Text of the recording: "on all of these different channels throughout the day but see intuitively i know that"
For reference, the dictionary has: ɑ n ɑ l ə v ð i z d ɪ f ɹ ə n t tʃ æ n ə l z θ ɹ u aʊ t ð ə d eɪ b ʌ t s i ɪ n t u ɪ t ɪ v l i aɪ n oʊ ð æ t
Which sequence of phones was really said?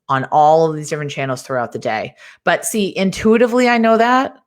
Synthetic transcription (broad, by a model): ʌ n ɑ l ə v ð i z d ɪ f ɹ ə n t tʃ æ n l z θ ɹ u aʊ t ð ə d eɪ b ʌ t s i ɪ n t u ɪ t ɪ v l i aɪ n oʊ ð æ t